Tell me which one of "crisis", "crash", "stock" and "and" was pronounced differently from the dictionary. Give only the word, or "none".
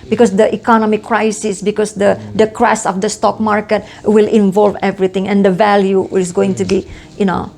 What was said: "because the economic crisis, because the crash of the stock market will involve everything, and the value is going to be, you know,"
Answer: crash